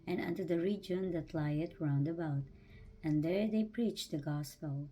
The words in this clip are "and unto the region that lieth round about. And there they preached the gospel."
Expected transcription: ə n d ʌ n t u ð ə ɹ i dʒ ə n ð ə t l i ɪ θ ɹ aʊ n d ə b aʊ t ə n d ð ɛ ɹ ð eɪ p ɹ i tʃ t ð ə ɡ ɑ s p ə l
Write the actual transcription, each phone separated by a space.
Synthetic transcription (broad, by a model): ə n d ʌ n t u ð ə ɹ i dʒ ə n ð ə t l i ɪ t ɹ aʊ n d ə b aʊ t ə n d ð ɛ ɹ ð eɪ p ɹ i tʃ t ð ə ɡ ɑ s p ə l